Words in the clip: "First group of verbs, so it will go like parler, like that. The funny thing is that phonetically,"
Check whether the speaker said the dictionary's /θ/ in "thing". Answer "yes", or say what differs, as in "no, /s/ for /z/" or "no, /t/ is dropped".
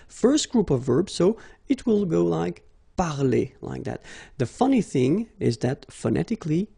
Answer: yes